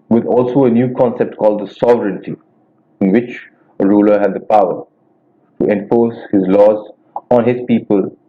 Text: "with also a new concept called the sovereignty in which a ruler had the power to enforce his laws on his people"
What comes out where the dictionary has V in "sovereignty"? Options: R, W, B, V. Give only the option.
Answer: V